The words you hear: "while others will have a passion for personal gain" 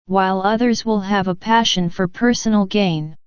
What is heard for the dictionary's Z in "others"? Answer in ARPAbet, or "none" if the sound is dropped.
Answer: Z